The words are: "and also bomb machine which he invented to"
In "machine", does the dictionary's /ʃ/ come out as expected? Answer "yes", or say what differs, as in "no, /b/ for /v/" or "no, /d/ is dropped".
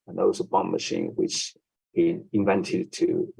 yes